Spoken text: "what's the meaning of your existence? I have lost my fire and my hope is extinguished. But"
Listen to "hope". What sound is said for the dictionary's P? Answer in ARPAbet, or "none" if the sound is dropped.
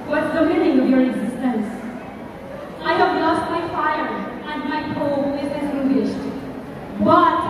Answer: none